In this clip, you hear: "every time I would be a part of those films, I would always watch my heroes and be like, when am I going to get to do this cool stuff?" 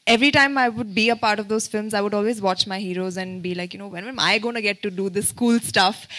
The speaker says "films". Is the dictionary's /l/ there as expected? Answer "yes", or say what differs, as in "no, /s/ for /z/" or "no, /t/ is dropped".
yes